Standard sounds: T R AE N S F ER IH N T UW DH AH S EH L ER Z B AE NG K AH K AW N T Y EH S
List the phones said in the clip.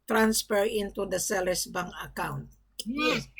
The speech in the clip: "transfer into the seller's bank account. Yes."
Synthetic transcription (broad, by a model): T R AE N S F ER IH N T UW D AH S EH L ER S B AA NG AH K AW N T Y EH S